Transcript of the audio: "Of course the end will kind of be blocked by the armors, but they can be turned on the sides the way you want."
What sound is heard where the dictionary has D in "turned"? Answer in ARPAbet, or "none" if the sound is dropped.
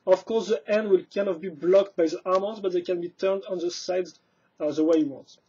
D